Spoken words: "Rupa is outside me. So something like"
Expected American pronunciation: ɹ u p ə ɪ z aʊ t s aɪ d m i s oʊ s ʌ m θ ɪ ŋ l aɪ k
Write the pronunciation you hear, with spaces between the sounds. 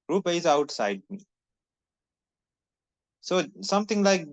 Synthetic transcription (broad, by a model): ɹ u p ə ɪ z aʊ t s aɪ d m i s oʊ s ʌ m t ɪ ŋ l aɪ k